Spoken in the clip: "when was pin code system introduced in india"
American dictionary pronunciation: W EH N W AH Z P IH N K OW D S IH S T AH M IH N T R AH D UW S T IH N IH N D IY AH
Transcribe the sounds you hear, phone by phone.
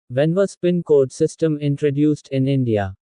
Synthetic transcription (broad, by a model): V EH N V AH S P IH N K OW D S IH S T AH M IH N T R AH D UW S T IH N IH N D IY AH